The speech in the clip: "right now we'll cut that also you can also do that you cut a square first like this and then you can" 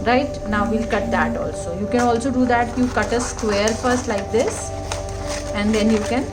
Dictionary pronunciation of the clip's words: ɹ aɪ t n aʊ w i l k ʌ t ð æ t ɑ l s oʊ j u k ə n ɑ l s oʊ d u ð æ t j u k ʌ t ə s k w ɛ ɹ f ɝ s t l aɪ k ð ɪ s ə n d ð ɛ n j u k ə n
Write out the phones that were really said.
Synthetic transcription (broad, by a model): ɹ aɪ t n aʊ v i l k ʌ t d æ t ɑ l s oʊ j u k ə n ɑ l s oʊ d u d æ t j u k ʌ t ə s k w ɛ ɹ f ɝ s t l aɪ k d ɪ s ə n d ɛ n j u k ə n